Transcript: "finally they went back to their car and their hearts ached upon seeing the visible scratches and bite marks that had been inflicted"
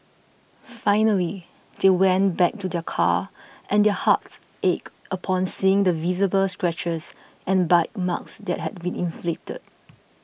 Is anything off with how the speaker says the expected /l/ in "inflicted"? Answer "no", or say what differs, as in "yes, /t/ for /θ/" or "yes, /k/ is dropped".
no